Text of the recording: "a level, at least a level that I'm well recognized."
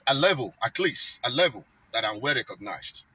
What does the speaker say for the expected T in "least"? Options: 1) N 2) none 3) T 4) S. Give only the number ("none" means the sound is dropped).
2